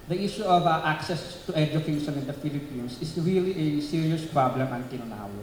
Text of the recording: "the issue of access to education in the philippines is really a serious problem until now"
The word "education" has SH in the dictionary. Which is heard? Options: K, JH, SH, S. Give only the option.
S